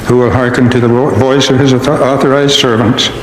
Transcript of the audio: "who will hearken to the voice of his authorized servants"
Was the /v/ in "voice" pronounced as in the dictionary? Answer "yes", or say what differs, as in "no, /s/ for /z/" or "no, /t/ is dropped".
yes